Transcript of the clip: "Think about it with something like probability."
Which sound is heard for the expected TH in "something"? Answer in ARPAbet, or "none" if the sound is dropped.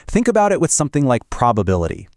TH